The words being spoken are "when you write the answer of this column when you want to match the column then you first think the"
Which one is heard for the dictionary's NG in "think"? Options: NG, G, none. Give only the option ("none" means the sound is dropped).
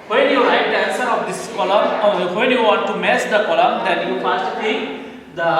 none